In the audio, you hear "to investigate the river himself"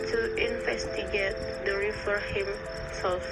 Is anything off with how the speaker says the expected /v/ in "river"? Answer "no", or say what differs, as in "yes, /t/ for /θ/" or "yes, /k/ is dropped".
yes, /f/ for /v/